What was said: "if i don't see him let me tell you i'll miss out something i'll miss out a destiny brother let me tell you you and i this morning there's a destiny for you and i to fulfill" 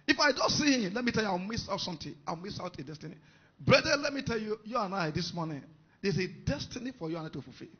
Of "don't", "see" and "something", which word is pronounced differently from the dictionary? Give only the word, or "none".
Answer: something